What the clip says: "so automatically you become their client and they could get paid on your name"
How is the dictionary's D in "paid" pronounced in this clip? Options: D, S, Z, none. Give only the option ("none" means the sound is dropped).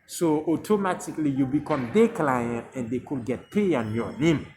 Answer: none